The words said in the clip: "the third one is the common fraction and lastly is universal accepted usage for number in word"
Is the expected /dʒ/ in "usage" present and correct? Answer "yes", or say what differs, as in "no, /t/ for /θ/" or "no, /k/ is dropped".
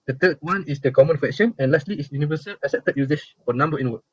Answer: no, /ʃ/ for /dʒ/